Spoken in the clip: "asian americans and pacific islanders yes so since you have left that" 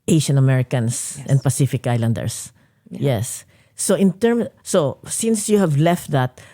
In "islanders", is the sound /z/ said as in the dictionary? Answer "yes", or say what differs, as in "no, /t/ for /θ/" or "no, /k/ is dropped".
no, /s/ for /z/